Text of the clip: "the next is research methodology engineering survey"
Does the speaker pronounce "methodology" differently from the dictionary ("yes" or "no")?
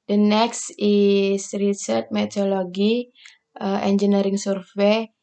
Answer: yes